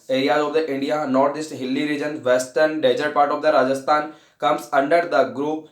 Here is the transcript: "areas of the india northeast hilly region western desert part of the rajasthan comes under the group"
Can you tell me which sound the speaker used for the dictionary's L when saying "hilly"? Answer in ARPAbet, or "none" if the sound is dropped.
L